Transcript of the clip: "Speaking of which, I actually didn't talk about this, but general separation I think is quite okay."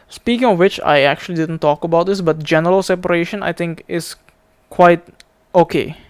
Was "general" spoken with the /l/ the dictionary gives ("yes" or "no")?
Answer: yes